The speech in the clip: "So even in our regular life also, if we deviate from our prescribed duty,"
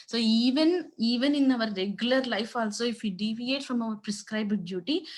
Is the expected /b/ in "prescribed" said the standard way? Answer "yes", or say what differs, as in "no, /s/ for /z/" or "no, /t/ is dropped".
yes